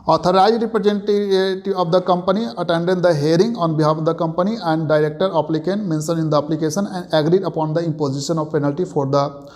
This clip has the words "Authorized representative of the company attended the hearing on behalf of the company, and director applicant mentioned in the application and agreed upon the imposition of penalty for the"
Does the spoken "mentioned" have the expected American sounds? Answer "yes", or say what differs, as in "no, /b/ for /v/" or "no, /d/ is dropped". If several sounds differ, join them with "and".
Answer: no, /s/ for /ʃ/ and /d/ is dropped